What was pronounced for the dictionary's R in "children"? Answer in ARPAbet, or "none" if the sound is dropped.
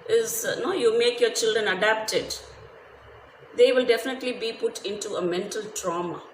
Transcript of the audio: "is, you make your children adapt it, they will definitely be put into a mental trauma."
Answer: R